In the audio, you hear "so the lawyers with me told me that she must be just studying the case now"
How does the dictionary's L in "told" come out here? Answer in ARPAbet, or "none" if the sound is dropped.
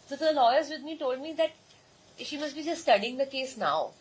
L